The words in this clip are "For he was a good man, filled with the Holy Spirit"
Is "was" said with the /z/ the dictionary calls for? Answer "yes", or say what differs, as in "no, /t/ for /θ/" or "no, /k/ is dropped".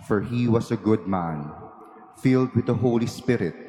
no, /s/ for /z/